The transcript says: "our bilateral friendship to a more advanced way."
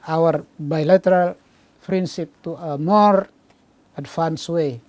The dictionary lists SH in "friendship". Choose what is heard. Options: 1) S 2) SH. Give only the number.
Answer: 1